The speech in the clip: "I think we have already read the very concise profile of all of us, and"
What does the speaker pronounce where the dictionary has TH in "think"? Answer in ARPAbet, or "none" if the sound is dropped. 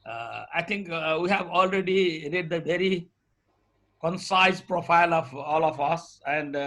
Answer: T